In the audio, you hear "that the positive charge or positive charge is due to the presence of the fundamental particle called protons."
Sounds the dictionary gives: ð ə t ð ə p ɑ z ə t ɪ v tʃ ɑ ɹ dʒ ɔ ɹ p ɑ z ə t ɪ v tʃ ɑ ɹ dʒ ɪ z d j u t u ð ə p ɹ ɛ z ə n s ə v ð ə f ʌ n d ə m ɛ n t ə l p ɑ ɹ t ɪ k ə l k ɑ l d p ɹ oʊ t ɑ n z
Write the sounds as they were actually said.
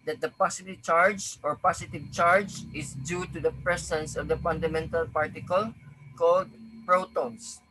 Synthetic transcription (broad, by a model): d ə t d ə p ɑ s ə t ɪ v tʃ ɑ ɹ dʒ ɔ ɹ p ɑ s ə t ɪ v tʃ ɑ ɹ dʒ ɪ s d j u t u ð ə p ɹ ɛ s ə n s ə v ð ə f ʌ n d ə m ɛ n t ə l p ɑ ɹ t ɪ k ə l k ɑ l d p ɹ oʊ t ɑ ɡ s